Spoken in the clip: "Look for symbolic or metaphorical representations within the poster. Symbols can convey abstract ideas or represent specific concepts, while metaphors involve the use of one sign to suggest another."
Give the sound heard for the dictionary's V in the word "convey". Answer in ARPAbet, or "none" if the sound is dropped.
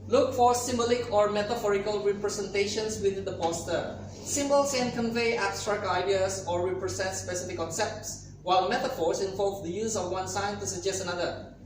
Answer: V